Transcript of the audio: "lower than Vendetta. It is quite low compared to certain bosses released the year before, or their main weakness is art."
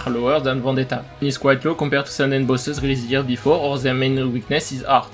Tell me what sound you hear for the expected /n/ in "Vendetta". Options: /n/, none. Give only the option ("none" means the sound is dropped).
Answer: none